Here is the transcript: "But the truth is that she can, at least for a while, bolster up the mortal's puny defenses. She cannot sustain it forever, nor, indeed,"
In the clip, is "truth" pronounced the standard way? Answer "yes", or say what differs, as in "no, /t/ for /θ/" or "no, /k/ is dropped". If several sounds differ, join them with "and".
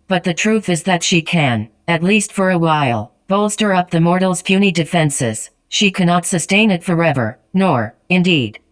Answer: yes